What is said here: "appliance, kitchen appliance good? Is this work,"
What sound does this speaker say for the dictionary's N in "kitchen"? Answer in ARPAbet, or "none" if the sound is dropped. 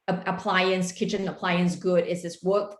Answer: N